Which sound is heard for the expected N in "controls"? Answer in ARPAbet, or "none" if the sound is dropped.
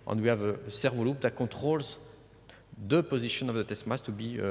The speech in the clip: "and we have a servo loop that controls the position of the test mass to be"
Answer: none